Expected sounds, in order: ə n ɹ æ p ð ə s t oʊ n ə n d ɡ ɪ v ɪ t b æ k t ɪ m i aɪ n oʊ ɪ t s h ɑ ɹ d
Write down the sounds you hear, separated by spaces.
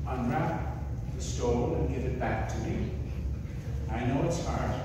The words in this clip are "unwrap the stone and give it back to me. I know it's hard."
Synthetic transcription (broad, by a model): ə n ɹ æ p ð ə s t oʊ l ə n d ɡ ɪ v ɪ t b æ k t ɪ m i aɪ n oʊ ɪ t s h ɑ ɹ